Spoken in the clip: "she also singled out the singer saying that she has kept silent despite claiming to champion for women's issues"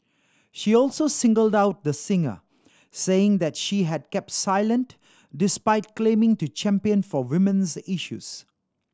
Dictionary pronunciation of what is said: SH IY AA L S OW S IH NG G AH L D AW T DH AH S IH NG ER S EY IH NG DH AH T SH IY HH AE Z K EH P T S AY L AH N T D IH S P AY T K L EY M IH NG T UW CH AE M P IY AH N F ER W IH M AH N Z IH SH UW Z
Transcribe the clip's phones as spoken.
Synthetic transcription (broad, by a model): SH IY AA L S OW S IH NG G AH L D AW T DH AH S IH NG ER S EY IH NG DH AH T SH IY HH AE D K EH P T S AY L AH N T D IH S P AY T K L EY M IH NG T UW CH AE M P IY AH N F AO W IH M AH N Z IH SH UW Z